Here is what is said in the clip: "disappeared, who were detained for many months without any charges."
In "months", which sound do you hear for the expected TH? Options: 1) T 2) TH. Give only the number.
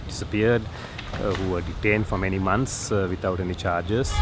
1